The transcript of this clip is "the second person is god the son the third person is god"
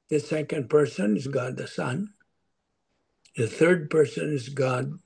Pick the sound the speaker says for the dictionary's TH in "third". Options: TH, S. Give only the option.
TH